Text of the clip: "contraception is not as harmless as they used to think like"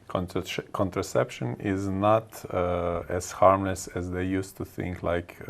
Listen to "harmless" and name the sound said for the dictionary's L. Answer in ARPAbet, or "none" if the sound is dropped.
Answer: L